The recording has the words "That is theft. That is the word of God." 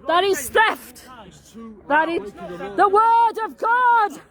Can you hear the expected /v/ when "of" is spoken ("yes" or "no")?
yes